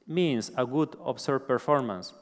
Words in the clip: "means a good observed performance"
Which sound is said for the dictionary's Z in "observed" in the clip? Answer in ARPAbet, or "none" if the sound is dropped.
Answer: S